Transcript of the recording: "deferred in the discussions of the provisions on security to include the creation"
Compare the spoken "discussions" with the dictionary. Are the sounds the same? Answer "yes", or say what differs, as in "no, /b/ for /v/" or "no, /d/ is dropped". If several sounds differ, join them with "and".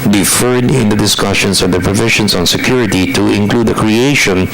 no, /s/ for /z/